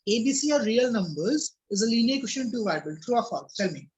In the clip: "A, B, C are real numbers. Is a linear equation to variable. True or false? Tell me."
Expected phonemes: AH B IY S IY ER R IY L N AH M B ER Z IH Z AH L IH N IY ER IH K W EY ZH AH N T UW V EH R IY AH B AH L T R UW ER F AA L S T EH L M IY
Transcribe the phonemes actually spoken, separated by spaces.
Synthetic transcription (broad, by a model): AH B IY S IY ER R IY L N AH M B ER Z IH Z AH L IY N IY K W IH SH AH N T UW V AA IY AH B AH L T R UW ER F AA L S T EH L M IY